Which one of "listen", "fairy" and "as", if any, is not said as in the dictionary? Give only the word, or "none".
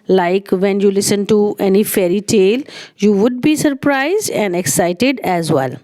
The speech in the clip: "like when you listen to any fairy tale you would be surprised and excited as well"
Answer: none